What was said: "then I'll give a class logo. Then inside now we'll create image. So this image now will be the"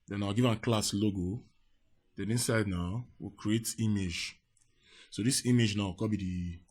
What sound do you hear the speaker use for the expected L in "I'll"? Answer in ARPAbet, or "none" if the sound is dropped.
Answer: W